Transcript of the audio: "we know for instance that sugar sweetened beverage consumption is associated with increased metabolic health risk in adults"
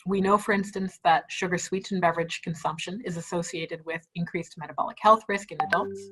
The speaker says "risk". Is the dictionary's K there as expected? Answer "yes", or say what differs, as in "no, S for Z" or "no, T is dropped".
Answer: yes